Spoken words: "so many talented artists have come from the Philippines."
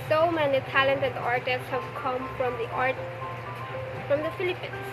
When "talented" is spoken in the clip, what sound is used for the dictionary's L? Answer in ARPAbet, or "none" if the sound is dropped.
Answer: L